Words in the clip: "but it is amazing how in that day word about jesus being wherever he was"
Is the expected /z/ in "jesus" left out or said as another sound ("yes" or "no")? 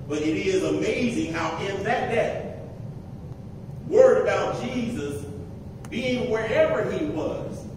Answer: no